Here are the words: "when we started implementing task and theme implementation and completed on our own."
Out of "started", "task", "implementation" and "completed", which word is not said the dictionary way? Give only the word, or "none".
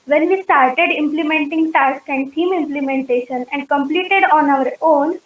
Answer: none